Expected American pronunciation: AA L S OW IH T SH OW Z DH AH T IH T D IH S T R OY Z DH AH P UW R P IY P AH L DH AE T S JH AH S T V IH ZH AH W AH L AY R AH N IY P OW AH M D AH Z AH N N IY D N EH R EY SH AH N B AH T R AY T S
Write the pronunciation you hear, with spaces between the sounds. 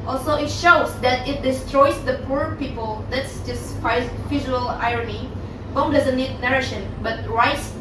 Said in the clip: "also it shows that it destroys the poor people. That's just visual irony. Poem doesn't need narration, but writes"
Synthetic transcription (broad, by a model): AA L S OW IH T SH OW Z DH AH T IH T D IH S T R OY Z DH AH P UW R P IY P AH L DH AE T S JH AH S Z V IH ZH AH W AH L AY R AH N IY B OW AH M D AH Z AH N N IY D N EH R EY SH AH N B AH T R AY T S